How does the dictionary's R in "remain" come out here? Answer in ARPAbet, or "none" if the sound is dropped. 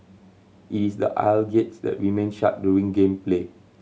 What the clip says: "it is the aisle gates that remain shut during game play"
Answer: W